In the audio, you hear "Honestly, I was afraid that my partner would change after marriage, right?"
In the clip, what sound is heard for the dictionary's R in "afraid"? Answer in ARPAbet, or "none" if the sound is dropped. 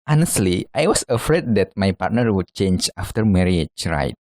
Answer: R